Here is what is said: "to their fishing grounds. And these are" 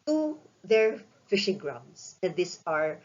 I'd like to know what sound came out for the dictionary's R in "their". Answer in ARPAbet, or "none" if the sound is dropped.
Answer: R